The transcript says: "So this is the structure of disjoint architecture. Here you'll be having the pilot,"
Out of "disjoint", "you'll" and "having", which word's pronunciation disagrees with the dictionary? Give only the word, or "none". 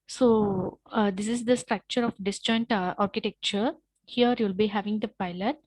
none